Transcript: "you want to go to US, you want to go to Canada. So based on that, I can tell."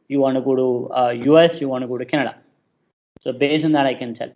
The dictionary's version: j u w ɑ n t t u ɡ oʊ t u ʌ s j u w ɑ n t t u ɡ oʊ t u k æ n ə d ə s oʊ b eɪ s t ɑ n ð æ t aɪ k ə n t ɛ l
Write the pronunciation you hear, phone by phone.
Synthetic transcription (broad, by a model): j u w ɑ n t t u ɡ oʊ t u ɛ s j u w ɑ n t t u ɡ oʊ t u k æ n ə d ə s oʊ b eɪ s ɑ n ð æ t aɪ k ə n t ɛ l